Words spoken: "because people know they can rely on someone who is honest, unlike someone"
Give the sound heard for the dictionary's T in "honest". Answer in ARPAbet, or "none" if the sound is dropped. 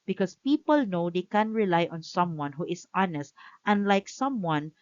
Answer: T